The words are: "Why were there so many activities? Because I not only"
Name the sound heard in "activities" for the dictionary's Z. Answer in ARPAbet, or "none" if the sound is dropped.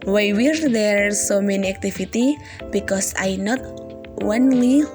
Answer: none